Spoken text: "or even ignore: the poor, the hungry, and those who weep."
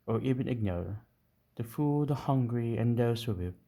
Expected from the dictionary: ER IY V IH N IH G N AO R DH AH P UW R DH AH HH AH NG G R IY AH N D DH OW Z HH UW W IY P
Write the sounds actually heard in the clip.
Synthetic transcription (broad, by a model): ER IY V IH N IH G N AO R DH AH F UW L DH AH HH AH NG G R IY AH N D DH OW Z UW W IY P